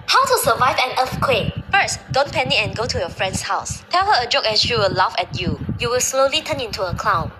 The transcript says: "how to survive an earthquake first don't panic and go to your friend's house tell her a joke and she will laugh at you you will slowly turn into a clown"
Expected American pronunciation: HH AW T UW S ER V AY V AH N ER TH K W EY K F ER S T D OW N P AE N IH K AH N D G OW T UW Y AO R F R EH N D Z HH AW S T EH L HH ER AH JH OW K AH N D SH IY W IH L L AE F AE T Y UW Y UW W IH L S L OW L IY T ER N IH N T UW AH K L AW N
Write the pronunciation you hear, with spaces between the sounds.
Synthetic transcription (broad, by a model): HH AW T UW S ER V AY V AH N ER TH K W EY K F ER S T D OW N P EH N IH AH N G OW T UW Y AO F R EH N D S HH AW S T EH L HH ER AH JH OW K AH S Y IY W IH L L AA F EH T Y UW Y UW W IH L S L OW L IY T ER N IH N T UW AH K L AW N